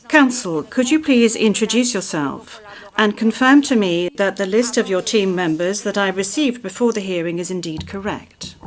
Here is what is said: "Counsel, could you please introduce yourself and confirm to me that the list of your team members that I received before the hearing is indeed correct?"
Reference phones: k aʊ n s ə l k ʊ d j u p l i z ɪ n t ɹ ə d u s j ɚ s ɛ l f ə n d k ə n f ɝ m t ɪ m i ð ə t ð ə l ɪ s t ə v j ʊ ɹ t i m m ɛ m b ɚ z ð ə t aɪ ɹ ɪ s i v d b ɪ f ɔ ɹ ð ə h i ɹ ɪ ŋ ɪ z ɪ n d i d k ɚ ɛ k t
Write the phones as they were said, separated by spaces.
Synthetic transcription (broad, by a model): k aʊ n s l k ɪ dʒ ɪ p l i z ɪ n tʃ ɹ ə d u s j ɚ s ɛ l f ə n k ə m f ɝ m t ɪ m i ð ə t ð ə l ɪ s t ə v j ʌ ɹ t i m m ɛ m b ɚ z ð ə t aɪ ɹ ɪ s i v d b ɪ f ɔ ɹ ð ə h i ɹ ɪ ŋ ɪ z ɪ n d i d k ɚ ɛ k t